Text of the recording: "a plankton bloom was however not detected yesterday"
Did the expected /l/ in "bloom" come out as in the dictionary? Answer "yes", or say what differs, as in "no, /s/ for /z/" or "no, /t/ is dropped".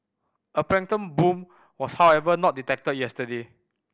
no, /l/ is dropped